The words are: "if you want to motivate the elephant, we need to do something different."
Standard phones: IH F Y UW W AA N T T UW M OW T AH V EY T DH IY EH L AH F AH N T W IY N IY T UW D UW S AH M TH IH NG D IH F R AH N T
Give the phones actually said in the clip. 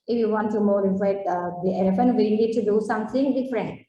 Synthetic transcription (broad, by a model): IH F Y UW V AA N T T UW M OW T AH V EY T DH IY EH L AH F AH N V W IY L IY T UW D UW S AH M T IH NG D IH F R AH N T